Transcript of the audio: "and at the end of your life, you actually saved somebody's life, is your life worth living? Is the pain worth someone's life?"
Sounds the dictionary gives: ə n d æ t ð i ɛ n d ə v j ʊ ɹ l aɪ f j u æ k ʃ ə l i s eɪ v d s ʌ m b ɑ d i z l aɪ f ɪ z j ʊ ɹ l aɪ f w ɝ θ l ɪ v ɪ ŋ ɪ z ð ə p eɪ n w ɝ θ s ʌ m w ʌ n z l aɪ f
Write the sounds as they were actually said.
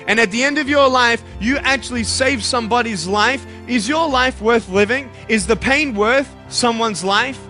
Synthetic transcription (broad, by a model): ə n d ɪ t ð i ɛ n d ə v j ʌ ɹ l aɪ f j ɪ æ k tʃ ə l i s eɪ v s ʌ m b ɑ d i z l aɪ f ɪ z j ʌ ɹ l aɪ f w ɝ θ l ɪ v ɪ ŋ ɪ z ð ə p eɪ n w ɝ θ s ʌ m w ʌ n z l aɪ f